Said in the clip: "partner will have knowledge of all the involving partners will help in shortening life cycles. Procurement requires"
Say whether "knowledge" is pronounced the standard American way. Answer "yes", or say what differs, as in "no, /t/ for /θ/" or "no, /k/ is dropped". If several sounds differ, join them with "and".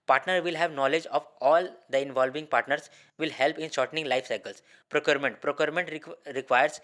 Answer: yes